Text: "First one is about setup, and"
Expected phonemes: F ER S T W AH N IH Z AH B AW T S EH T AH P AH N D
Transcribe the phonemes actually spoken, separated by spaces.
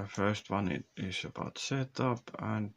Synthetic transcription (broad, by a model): F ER S T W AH N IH S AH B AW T S EH T AH P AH N